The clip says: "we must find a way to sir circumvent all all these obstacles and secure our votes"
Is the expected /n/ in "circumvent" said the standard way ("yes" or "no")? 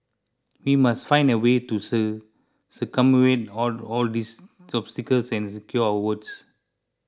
no